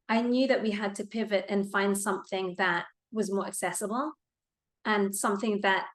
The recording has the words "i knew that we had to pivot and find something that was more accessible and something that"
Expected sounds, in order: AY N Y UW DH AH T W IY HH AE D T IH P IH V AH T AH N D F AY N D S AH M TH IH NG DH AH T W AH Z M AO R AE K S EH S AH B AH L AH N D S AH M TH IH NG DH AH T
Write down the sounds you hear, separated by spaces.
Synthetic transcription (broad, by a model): AY N Y UW DH AH T W IY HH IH D T IH P IH V AH T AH N F AY N D S AH M TH IH NG DH AH T W AH Z M AO R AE K S EH S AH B L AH N S AH M TH IH NG DH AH T